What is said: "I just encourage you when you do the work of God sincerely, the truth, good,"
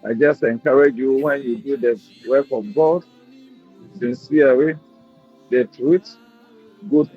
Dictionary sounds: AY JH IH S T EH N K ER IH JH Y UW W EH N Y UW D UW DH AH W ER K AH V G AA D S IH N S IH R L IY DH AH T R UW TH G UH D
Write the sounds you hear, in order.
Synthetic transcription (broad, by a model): AY JH IH S T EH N K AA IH JH Y UW W EH N Y UW D UW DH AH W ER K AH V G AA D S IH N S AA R IY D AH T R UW T G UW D